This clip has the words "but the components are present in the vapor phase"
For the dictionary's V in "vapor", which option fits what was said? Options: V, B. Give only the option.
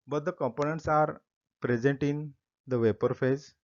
V